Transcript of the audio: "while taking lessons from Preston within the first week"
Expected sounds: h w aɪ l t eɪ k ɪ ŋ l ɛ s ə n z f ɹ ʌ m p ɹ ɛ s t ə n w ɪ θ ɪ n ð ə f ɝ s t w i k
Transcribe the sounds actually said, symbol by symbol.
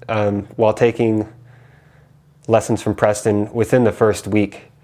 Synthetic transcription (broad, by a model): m w aɪ l t eɪ k ɪ ŋ l ɛ s n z f ɹ ʌ m p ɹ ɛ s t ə n w ɪ θ ɪ n ð ə f ɝ s t w i k